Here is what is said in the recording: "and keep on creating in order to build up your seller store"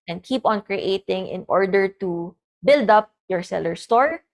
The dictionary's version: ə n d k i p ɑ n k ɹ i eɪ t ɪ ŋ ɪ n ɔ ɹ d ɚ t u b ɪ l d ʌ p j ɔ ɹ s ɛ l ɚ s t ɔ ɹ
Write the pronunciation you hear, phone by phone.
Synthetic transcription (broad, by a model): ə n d k i p ɑ n k ɹ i eɪ t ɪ ŋ ɪ n ɔ ɹ d ɚ t u b ɪ l d ʌ p j ɔ ɹ s ɛ l ɚ s t ɔ ɹ